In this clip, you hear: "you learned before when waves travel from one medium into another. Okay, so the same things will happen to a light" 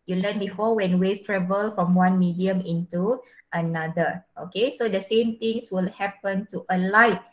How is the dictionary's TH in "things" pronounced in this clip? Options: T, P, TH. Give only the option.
T